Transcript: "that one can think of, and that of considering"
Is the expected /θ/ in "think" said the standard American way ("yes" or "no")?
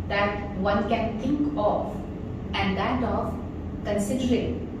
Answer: no